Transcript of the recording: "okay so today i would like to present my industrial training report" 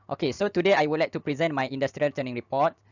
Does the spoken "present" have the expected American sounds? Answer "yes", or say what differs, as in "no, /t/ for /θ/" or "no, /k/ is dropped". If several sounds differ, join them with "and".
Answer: yes